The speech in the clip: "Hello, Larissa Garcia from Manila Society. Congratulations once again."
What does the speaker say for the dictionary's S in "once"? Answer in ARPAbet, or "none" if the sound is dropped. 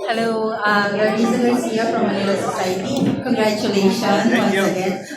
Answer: none